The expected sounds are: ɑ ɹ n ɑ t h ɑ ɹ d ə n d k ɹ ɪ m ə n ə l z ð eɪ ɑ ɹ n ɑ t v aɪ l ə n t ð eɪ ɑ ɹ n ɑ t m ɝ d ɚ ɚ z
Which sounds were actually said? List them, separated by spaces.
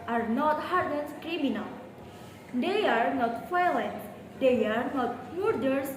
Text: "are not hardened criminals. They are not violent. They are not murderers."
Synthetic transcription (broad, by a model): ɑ ɹ n ɑ t h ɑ ɹ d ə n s k ɹ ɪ m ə n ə l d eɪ ɑ ɹ n ɑ t f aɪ l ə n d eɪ ɑ ɹ n ɑ t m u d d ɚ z